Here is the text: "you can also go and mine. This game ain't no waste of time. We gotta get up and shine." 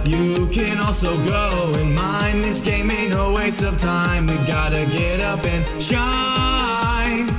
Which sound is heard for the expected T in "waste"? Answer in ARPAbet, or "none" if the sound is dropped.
none